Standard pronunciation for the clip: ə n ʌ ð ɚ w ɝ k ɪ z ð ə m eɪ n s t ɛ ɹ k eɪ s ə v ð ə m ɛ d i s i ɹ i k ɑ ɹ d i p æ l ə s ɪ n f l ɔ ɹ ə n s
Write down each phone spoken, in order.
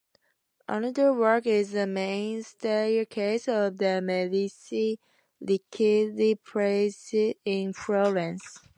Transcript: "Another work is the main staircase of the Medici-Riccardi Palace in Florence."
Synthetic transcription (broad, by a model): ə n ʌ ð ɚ w ɝ k ɪ z ð ə m eɪ n s t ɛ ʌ k eɪ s ə v ð ə m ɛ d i s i l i k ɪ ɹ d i p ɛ ə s ɪ n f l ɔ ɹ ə n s